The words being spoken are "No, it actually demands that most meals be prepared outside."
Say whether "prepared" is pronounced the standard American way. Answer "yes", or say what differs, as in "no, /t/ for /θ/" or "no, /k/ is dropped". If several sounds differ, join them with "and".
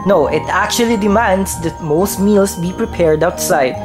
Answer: yes